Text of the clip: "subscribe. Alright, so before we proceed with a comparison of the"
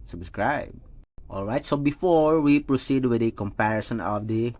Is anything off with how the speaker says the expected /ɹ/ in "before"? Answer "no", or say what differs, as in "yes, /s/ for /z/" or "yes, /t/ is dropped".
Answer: no